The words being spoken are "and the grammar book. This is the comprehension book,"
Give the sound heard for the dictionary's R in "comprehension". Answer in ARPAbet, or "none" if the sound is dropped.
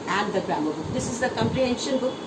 R